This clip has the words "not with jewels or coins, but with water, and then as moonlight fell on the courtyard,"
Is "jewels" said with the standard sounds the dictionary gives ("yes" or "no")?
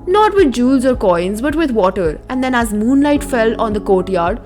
yes